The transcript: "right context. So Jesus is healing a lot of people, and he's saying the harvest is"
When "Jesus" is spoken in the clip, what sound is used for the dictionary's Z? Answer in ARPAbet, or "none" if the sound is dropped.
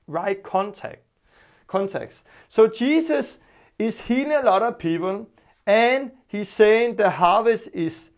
S